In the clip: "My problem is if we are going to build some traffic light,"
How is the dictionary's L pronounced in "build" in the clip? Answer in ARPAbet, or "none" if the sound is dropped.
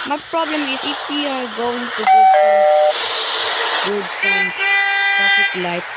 W